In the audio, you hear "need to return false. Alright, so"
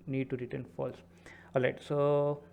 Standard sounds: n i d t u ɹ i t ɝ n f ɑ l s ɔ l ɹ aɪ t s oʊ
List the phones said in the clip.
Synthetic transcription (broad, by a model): n i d t u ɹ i t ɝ n f ɑ l s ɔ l aɪ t s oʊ